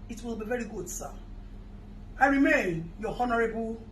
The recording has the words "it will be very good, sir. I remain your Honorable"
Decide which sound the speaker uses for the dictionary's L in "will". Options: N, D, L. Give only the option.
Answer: L